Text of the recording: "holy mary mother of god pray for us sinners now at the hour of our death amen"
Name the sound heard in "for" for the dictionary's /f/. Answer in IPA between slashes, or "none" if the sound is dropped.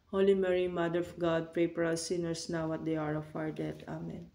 /p/